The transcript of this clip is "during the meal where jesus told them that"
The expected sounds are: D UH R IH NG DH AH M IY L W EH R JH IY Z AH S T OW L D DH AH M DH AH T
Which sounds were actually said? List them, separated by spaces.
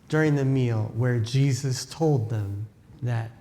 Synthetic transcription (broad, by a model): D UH R IH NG DH AH M IY L W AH R JH IY Z AH S T OW L D DH AH M DH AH T